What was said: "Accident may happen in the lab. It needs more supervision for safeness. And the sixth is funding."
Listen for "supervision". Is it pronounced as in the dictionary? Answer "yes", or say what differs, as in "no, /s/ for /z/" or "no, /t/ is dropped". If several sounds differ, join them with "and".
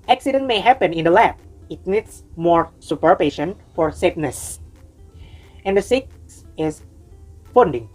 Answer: no, /p/ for /v/ and /ʃ/ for /ʒ/